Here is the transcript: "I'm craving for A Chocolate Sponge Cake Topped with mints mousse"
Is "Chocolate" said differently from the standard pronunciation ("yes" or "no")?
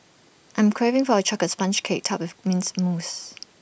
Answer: yes